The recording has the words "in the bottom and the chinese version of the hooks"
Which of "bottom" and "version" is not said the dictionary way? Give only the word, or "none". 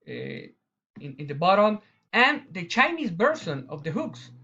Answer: version